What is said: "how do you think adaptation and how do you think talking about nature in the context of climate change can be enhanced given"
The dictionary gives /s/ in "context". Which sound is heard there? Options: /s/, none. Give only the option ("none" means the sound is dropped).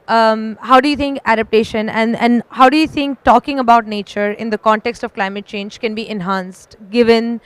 /s/